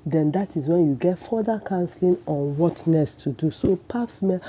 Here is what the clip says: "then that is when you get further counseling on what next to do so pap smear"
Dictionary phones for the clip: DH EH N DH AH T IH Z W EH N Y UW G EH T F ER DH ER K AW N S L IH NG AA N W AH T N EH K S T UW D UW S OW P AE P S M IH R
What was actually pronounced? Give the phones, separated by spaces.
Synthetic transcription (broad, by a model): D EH N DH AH T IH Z W EH N Y UW G EH T F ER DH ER K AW N S L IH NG AA N W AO T N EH S T UW D UW S OW P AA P S M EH